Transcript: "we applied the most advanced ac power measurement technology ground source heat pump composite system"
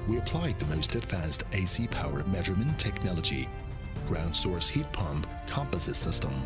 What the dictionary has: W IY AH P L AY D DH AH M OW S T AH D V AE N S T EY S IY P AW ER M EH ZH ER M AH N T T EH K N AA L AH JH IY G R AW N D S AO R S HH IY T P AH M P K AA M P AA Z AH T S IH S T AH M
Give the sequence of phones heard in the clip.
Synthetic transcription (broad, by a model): W IY AH P L AY D DH AH M OW S T AH D V AE N S T EY S IY P AW ER M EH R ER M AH N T T EH K N AA L AH JH IY G R AW N D S AO R S HH IY T P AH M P K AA M P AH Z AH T S IH S T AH M